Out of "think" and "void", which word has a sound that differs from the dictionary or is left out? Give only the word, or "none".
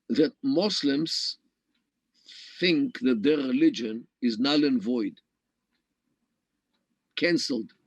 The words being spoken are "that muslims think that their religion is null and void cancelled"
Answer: none